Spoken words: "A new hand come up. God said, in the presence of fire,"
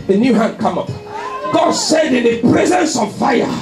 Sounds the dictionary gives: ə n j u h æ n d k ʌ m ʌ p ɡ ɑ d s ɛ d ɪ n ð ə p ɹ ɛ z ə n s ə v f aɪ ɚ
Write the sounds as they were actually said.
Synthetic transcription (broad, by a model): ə n j u h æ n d k ʌ m ʌ p ɡ ɑ d s ɛ d ɪ n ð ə p ɹ ɛ z ə n s ə v f aɪ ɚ